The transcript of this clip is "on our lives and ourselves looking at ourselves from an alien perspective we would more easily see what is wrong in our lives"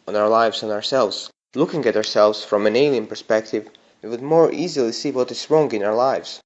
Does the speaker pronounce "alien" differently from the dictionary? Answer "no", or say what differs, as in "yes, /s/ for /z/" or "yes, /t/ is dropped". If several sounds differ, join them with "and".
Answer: yes, /n/ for /l/